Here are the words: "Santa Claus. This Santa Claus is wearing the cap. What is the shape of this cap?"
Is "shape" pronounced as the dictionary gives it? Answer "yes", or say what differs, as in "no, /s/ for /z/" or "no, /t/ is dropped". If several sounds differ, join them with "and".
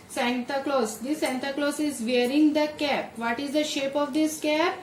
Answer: yes